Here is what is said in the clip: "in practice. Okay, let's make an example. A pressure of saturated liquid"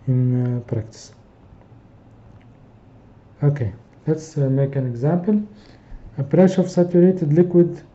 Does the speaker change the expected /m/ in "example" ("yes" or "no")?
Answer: no